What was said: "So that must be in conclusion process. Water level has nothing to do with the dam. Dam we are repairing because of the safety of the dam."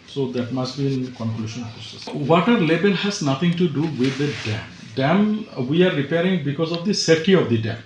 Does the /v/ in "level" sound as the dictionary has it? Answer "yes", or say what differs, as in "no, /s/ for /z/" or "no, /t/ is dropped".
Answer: no, /b/ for /v/